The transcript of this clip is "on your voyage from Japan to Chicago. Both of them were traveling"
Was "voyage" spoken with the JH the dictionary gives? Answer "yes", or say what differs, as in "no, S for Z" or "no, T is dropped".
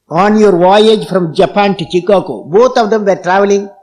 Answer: yes